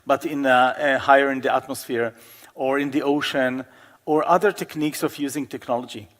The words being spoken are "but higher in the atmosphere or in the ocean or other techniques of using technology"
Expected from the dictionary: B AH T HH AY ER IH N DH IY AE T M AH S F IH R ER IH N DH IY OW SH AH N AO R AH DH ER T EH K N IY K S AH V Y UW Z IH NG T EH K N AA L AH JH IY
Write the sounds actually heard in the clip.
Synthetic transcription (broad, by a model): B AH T HH AY ER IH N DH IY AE T M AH S F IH R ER IH N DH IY OW SH AH N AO R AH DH ER T EH K N IY K S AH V Y UW Z IH NG T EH K N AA L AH JH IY